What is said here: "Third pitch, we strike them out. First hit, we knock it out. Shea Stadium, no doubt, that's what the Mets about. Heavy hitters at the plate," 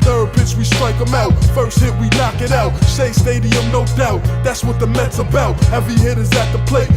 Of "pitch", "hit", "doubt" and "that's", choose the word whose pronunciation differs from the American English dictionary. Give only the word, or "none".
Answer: pitch